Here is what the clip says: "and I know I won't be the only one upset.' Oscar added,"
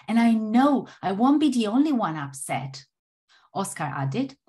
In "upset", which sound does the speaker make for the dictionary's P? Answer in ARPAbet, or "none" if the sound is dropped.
P